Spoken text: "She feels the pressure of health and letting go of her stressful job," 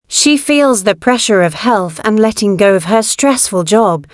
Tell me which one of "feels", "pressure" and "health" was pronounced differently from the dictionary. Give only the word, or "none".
none